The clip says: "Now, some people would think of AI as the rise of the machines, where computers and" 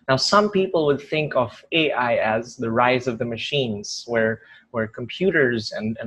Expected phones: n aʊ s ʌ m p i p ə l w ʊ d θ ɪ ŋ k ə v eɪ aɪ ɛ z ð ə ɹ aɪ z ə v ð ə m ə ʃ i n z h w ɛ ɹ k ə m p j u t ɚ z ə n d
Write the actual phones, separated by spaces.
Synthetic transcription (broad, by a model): n aʊ s ʌ m p i p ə l w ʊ d θ ɪ ŋ k ə v eɪ aɪ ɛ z ð ə ɹ aɪ z ə v ð ə m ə ʃ i n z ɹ w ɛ ɹ k ə m p j u t ɚ z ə n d